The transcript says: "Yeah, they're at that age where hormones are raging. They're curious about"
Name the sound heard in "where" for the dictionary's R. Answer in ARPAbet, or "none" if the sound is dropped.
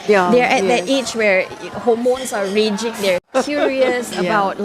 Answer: R